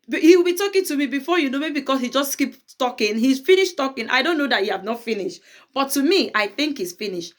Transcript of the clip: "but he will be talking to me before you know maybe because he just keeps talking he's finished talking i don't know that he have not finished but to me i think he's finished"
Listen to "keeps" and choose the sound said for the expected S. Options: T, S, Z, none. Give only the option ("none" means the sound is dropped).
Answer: none